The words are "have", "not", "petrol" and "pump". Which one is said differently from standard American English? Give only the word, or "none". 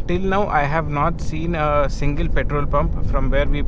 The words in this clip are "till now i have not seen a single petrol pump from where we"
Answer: none